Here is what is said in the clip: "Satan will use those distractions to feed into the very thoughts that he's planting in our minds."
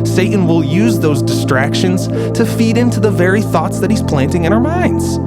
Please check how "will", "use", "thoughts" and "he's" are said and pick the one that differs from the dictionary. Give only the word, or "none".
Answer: none